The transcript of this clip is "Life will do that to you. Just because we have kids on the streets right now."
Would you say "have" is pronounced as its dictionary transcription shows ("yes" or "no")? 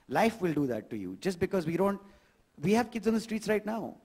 yes